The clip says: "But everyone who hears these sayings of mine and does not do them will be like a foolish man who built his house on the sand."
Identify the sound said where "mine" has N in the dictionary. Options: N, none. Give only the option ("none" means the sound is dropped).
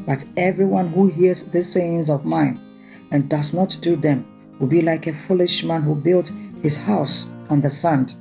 N